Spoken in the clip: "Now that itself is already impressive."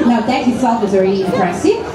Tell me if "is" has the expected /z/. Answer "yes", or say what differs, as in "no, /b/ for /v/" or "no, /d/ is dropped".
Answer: yes